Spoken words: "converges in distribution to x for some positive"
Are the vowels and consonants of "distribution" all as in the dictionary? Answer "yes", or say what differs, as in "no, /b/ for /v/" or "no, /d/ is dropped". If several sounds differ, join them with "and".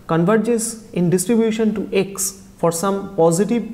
yes